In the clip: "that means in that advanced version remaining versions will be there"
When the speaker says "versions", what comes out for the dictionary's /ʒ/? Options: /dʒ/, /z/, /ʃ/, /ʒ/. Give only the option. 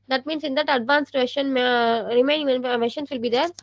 /ʃ/